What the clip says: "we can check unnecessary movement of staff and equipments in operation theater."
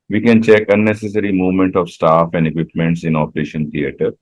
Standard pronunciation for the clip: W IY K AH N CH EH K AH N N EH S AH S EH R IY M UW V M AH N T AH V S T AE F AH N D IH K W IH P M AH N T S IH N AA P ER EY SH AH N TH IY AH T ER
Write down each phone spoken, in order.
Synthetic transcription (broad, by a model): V IY K AH N CH EH K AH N N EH S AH S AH R IY M UW V M AH N T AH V S T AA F AH N D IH K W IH P M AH N T S IH N AA P ER EY SH AH N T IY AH T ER